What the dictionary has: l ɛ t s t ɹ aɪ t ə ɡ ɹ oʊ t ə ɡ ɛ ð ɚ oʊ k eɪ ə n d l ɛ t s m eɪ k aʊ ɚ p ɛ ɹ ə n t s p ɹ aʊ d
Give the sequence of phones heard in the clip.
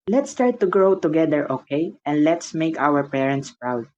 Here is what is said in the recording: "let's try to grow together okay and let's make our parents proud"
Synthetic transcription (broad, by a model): l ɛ t s t ɹ t ə ɡ ɹ oʊ t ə ɡ ɛ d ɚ oʊ k eɪ ə n d l ɛ t s m eɪ k aʊ ɚ p ɛ ɹ ə n t s p ɹ aʊ d